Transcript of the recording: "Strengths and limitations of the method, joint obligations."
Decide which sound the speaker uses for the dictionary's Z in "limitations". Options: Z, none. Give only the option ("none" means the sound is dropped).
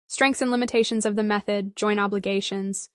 Z